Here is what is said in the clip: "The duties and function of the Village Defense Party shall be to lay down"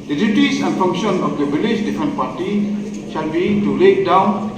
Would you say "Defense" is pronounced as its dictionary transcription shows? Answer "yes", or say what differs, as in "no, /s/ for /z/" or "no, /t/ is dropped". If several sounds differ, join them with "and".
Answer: no, /s/ is dropped